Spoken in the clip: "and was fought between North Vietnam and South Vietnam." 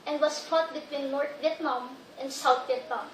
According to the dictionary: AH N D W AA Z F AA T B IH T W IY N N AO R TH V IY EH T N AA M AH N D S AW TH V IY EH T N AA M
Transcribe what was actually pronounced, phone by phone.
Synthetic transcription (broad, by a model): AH N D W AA S F AA T B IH T W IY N N AO R T V IY EH T N AA M AH N D S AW T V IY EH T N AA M